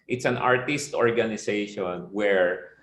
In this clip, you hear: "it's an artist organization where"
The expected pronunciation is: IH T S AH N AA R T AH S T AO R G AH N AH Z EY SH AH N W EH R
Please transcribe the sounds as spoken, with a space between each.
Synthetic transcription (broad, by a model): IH T S AH N AA R T AH S T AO R G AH N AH S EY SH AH N W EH R